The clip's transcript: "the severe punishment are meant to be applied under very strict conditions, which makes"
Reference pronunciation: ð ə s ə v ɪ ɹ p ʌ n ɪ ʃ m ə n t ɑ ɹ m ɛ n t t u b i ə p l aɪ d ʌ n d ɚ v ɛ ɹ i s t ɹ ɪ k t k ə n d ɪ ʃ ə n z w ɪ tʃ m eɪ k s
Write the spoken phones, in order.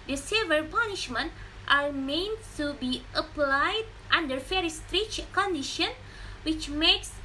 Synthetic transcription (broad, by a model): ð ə s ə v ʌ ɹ p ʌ n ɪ ʃ m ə n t ɑ ɹ m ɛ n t t u b i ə p l aɪ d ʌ n d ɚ f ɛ ɹ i s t ɹ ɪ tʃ k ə n d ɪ ʃ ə n w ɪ tʃ m eɪ k s